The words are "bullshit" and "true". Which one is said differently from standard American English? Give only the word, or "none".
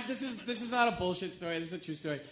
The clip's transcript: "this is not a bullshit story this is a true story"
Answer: none